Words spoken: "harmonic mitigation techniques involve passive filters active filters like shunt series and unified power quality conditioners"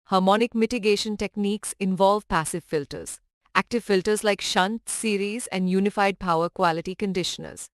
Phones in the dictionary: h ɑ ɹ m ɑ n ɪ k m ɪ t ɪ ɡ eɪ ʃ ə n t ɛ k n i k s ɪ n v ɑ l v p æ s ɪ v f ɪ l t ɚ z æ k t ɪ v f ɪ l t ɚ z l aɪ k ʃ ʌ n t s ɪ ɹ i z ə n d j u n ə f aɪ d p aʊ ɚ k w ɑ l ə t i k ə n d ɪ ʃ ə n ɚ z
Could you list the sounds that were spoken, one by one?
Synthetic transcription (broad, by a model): h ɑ ɹ m ɑ n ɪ k m ɪ t ɪ ɡ eɪ ʃ ə n t ɛ k n i k s ɪ n v ɑ l v p æ s ɪ v f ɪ l t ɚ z æ k t ɪ v f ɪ l t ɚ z l aɪ k ʃ ʌ n t s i ɹ i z ə n d j u n ə f aɪ d p aʊ ɚ k w ɑ l ə t i k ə n d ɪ ʃ ə n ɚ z